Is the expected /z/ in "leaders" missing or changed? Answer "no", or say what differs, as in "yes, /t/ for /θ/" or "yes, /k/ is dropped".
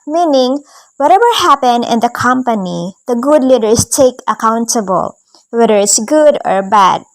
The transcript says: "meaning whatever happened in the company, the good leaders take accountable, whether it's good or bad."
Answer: yes, /s/ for /z/